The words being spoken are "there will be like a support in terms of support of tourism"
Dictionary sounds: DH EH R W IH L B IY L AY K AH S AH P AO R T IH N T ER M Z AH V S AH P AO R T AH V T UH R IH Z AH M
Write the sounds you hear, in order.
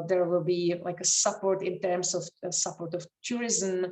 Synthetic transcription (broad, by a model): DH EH R W IH L B IY L AY K AH S AH P AO R T IH N T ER M S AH F S AH P AO R T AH F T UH R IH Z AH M